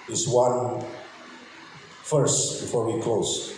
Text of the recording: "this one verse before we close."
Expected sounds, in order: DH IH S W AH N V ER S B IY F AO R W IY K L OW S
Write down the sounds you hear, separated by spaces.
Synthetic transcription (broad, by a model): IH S W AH N F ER S B IY F AO R W IY K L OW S